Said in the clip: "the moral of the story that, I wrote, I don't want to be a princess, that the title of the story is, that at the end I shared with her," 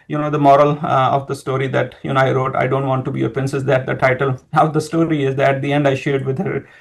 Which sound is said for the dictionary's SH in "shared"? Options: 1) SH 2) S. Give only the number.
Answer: 1